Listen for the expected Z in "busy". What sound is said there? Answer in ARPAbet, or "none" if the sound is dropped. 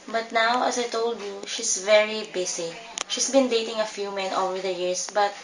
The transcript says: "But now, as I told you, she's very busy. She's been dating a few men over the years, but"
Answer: S